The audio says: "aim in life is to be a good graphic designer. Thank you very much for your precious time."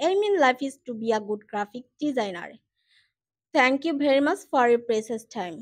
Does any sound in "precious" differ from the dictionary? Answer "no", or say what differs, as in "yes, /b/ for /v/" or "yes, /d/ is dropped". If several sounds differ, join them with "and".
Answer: yes, /s/ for /ʃ/